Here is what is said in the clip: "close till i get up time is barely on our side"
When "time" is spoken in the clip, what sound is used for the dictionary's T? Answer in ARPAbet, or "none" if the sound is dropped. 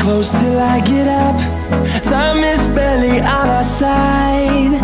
S